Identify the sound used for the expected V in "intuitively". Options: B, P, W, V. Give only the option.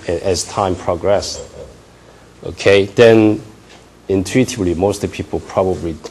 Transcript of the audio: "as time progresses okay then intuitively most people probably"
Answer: B